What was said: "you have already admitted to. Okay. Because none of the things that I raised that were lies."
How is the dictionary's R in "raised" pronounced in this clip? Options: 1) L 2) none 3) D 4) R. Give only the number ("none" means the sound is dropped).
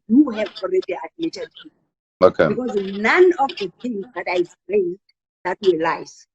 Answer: 1